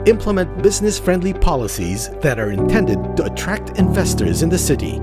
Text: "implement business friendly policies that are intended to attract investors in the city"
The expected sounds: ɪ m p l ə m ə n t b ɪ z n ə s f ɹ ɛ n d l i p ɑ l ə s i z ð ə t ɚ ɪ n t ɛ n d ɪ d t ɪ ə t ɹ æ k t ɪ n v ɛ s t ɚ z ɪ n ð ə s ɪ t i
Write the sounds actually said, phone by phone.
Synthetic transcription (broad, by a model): ɪ m p l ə m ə n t b ɪ z n ə s f ɹ ɛ n d l i p ɑ l ə s i z ð ə t ɚ ɪ n t ɛ n d ɪ d t ɪ ə t ɹ æ k t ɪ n v ɛ s t ɚ z ɪ n ð ə s ɪ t i